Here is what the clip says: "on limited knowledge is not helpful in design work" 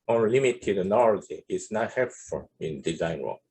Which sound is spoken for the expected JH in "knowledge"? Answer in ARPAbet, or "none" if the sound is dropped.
none